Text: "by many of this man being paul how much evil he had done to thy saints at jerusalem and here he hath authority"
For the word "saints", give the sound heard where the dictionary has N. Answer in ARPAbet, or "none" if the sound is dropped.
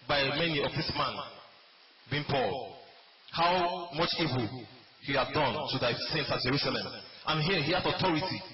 N